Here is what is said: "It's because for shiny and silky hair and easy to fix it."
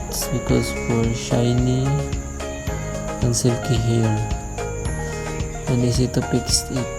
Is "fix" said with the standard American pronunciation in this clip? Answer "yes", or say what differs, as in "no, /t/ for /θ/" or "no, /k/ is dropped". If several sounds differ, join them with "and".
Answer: no, /p/ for /f/